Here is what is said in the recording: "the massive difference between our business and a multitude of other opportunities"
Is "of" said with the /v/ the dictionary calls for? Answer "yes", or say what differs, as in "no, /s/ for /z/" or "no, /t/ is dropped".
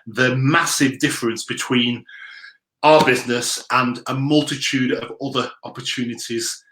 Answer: yes